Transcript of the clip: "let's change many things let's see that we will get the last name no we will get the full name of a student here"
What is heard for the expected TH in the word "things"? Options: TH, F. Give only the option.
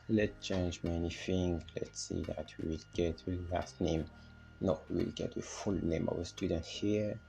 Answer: F